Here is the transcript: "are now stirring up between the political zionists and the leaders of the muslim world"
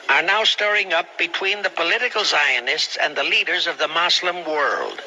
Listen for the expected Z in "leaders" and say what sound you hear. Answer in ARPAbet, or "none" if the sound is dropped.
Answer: Z